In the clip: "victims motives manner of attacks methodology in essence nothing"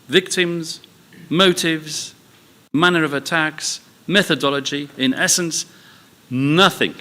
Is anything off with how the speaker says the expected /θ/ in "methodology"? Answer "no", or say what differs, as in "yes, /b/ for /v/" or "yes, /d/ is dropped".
no